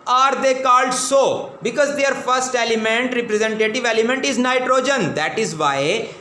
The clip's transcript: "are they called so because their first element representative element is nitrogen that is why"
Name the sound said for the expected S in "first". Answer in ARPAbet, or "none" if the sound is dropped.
S